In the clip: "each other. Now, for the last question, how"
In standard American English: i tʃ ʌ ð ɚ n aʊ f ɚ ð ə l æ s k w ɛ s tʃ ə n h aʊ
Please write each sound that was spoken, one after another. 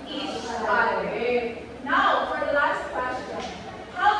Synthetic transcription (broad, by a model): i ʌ ɚ n aʊ f ɚ ð ə l æ s k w ɛ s tʃ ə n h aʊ